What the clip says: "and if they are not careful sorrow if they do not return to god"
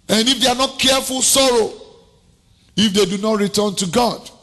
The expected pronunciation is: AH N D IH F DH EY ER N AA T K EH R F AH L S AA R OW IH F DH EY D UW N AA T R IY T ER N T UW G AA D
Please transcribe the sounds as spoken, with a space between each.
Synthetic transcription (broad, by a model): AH N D IH F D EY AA N AA T K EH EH F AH L S AA R OW IH F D EY D UW N AA T R IY T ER N T UW G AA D